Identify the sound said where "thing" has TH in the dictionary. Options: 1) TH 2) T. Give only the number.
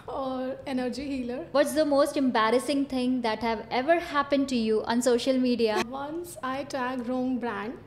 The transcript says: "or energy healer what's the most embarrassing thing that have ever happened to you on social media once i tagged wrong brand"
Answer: 2